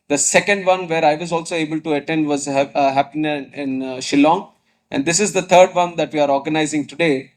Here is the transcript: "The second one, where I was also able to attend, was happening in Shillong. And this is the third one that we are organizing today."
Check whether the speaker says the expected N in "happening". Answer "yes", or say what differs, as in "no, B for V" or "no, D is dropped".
no, N is dropped